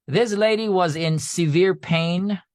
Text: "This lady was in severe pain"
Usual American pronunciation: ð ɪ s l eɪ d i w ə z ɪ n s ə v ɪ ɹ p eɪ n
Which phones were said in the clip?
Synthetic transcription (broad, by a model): ð ɪ s l eɪ d i w ə z ɪ n s ə v ɪ ɹ p eɪ n